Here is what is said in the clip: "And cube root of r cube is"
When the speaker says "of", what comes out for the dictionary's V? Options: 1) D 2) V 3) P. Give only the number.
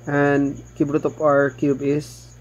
3